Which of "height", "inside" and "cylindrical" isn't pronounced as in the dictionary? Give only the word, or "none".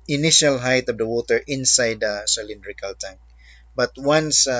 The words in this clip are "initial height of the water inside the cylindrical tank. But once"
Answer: none